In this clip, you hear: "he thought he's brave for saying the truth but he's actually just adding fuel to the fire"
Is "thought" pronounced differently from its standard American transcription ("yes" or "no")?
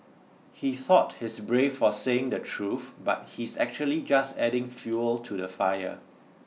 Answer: no